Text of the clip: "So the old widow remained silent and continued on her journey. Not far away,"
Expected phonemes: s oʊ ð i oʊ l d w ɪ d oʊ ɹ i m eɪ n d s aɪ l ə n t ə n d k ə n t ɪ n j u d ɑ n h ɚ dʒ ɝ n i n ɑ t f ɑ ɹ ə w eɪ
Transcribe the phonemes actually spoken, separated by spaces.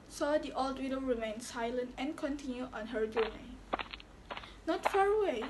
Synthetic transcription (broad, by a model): s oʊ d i oʊ l d w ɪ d oʊ ɹ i m eɪ n s aɪ l ə n t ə n k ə n t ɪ n j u ɑ n h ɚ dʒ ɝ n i n ɑ t f ɑ ɹ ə w eɪ